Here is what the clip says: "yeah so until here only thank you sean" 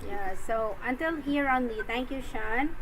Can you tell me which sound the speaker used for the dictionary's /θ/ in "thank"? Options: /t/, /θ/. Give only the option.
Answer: /t/